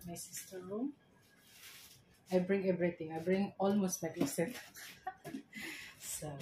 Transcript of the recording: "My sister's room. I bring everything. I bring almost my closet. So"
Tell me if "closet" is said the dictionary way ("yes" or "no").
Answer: no